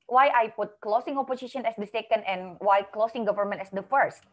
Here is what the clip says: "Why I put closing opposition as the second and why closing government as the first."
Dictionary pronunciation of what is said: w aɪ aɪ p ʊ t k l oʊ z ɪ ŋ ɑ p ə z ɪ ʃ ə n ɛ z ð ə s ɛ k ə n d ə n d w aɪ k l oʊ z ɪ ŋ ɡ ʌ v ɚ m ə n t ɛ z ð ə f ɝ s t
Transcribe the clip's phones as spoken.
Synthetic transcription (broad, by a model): w aɪ aɪ p ʊ t k l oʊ s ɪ ŋ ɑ p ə s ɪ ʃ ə n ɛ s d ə s ɛ k ə n d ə n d w aɪ k l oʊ s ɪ ŋ ɡ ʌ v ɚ m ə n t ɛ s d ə f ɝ s t